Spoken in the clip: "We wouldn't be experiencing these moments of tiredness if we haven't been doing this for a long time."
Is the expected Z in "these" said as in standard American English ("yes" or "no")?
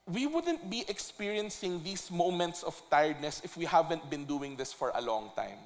no